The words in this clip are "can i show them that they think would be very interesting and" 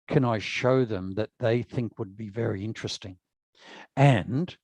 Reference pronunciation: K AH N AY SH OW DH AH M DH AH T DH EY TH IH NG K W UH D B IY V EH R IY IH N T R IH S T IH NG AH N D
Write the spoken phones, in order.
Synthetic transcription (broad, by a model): K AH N AY SH OW DH AH M DH AH T DH EY TH IH NG K W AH D B IY V EH R IY IH N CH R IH S T IH NG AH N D